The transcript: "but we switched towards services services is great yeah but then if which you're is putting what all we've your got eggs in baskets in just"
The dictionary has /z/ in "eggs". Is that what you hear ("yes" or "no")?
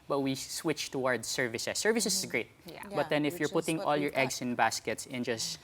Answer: no